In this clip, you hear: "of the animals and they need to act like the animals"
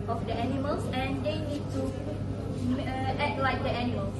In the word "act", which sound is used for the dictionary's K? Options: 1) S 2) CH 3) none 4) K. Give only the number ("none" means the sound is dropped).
3